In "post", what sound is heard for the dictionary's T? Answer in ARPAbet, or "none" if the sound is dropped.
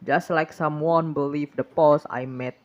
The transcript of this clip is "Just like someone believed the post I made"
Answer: none